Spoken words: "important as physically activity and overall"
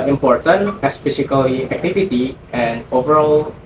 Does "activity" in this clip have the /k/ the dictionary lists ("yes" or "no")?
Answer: yes